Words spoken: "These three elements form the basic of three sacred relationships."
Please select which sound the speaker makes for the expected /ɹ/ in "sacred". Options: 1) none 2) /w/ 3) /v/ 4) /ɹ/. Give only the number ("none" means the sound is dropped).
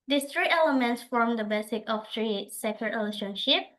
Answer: 1